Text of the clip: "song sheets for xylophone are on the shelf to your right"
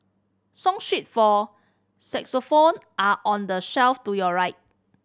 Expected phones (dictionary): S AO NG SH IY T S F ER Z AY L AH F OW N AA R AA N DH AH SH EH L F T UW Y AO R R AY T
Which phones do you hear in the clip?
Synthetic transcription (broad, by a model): S AO NG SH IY T F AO S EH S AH F OW N AA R AA N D AH SH EH L F T UW Y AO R R AY T